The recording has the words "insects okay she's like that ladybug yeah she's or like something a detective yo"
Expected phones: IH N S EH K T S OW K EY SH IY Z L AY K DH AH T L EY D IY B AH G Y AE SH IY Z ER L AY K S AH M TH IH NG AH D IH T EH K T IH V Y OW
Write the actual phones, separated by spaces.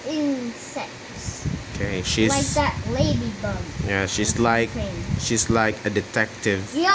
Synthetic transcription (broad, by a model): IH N S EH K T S OW K EY SH IY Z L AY DH AH T L EY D IY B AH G Y AE SH IY Z L AY K SH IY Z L IH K AH D IH T EH K T IH V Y